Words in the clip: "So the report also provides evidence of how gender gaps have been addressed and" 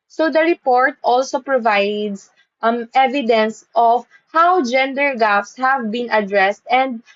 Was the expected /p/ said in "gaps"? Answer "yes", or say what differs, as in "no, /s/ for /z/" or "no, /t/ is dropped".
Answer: no, /f/ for /p/